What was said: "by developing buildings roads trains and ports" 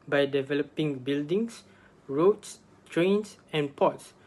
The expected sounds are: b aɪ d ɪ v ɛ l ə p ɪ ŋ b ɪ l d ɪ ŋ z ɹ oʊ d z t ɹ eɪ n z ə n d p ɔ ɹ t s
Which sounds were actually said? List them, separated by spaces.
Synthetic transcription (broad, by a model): b aɪ d ɪ v ɛ l ə p ɪ ŋ b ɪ l d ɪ ŋ s ɹ oʊ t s t ɹ eɪ n s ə n p ɔ t s